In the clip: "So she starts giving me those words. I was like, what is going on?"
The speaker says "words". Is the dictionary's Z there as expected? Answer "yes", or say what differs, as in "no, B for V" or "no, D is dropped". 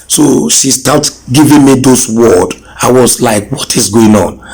no, Z is dropped